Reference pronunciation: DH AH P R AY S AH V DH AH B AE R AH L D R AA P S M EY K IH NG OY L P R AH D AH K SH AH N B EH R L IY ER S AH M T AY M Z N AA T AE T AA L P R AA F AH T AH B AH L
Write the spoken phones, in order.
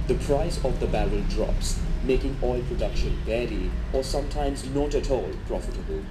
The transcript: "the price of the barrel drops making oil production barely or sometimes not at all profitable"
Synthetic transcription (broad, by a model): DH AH P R AY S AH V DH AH B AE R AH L D R AA P S M EY K IH NG OY L P R AH D AH K SH AH N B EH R IY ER S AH M T AY M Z N AA T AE T AA L P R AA F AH T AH B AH L